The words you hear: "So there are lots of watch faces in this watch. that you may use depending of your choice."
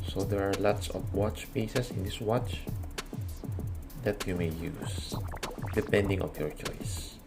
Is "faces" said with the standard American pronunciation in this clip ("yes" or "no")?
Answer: no